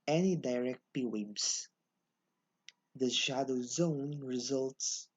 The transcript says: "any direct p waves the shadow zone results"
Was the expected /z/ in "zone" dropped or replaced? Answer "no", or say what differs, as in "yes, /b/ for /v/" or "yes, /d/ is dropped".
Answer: no